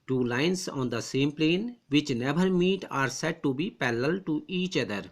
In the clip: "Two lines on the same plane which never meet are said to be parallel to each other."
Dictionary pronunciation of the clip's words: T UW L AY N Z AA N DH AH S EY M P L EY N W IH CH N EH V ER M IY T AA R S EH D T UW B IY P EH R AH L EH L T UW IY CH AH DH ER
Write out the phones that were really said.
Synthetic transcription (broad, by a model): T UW L AY N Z AA N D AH S EY M P L EY N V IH CH N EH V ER M IY T AA R S EH D T UW B IY P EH L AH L L T UW IY CH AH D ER